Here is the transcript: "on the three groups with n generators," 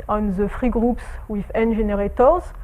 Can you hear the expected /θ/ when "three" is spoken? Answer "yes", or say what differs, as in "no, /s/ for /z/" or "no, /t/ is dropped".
no, /f/ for /θ/